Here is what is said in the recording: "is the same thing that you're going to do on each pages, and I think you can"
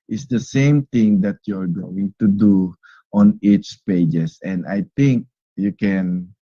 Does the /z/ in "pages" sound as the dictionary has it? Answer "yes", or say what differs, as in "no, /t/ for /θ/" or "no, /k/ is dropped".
no, /s/ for /z/